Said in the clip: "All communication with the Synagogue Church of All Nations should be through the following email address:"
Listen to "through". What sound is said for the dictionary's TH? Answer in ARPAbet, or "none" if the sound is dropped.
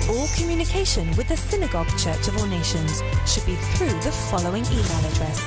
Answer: TH